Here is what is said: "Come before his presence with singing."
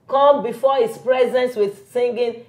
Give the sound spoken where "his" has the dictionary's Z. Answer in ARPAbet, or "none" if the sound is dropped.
S